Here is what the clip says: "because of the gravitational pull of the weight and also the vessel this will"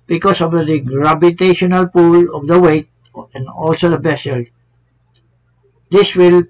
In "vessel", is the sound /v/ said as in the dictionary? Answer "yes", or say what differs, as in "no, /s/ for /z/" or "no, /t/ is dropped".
no, /b/ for /v/